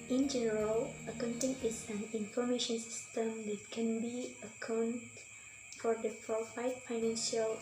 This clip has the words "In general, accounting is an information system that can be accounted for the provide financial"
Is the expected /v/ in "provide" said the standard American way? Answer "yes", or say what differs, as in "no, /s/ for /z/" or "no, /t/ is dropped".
no, /f/ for /v/